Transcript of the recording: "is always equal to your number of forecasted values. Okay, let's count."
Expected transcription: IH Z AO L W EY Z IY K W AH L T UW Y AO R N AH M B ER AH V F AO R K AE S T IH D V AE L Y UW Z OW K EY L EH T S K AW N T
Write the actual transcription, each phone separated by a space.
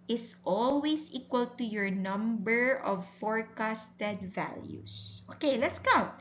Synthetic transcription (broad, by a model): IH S AO L W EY S IY K W AH L T UW Y AO R N AH M B ER AH V F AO R K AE S T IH D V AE L Y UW S OW K EY L EH T S K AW N T